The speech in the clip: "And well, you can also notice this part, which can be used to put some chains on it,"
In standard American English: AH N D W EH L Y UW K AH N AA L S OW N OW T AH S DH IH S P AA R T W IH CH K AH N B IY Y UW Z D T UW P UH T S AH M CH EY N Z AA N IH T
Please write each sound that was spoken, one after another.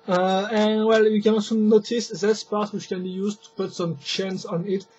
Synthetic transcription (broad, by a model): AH N W EH L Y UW K AH N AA S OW N OW T AH S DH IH S P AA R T W IH CH K AH N B IY Y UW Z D T UW P UH T S AH M CH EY N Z AA N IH T